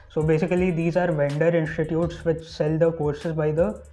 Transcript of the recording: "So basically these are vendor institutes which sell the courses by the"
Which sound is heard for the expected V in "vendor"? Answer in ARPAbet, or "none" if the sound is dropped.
V